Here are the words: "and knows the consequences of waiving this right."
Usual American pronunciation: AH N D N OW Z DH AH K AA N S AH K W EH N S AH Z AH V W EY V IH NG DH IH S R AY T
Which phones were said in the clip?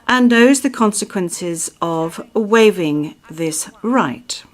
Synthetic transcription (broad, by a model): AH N N OW Z DH AH K AA N S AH K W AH N S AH Z AH V W EY V IH NG DH IH S R AY T